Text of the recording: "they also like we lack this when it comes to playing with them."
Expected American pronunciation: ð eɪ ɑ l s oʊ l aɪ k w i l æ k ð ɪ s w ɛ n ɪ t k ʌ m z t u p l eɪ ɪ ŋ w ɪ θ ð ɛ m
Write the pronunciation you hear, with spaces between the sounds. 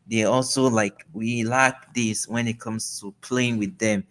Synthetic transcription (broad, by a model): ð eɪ ɑ l s oʊ l aɪ k w i l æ k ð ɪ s w ɛ n ɪ t k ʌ m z t u p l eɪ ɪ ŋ w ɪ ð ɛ m